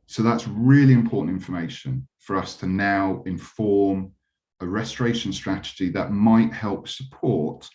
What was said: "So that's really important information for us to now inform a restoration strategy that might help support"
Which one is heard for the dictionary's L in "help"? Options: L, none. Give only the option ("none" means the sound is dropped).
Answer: L